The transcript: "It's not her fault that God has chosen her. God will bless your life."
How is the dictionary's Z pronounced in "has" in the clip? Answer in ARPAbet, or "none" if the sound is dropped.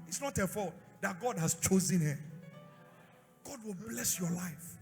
S